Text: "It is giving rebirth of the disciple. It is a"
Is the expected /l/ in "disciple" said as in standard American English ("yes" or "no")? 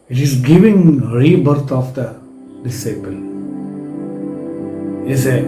yes